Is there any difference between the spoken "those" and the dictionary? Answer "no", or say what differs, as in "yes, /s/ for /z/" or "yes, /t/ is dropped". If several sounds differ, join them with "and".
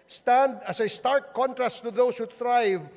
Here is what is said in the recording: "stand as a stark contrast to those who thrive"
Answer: yes, /s/ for /z/